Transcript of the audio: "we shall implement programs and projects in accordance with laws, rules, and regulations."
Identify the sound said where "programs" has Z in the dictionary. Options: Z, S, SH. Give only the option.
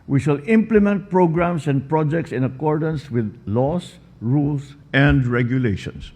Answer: S